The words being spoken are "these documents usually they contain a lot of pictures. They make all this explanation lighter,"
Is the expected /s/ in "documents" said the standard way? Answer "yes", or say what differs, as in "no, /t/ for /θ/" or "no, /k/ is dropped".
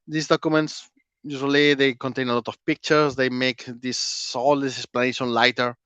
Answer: yes